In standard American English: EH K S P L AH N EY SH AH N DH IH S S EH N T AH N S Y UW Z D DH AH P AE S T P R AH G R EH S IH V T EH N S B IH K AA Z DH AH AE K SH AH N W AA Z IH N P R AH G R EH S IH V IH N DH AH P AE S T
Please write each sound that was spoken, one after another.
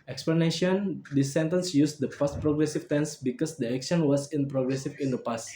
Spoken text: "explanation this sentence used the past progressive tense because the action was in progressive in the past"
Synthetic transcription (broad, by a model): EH K S P L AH N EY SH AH N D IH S S EH N T AH N S Y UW S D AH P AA S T P R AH G R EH S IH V T EH N S B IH K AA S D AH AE K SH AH N W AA S IH N P R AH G R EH S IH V IH N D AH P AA S T